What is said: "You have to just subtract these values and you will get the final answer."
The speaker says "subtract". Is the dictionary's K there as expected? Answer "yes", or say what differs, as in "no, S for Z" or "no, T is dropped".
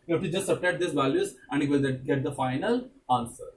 no, K is dropped